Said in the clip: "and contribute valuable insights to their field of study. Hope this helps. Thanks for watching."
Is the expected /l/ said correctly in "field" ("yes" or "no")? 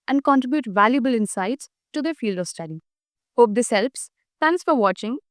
yes